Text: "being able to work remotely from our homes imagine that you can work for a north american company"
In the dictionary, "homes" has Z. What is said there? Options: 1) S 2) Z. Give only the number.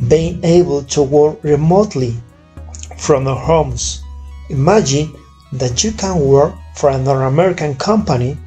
1